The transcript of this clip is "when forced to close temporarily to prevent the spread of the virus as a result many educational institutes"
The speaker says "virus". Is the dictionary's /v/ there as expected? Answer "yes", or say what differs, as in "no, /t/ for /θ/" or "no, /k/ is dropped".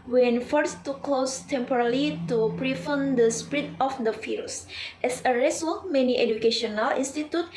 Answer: no, /f/ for /v/